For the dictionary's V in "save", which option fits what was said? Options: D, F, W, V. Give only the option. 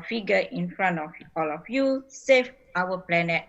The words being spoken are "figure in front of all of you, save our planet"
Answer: F